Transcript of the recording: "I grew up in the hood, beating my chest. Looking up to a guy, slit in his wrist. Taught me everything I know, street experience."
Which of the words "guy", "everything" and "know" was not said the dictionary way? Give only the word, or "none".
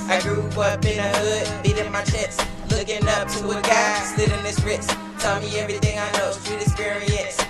none